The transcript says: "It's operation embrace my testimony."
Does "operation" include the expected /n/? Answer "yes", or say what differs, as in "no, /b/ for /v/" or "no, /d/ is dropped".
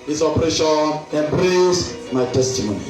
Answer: no, /l/ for /n/